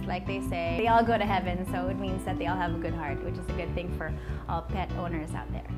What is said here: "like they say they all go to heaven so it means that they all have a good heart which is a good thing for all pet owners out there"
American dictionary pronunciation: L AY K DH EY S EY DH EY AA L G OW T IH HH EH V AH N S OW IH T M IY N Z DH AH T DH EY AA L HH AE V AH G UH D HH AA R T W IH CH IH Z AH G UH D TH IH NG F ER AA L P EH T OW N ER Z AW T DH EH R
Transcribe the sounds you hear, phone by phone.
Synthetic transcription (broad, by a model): L AY K DH EY S EY DH EY AA L G OW T IH HH EH V AH N S OW IH T M IY N Z DH AH T DH EY AA L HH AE V AH G UH D HH AA R T W IH CH IH Z AH G UH D TH IH NG F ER AA L P EH T OW N ER Z AW T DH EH R